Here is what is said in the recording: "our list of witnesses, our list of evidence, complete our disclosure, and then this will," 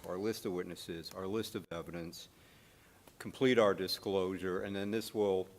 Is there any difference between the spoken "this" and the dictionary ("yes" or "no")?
no